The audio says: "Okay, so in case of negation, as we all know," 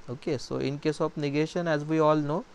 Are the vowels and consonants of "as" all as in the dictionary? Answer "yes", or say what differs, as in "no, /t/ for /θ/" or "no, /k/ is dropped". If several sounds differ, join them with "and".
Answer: yes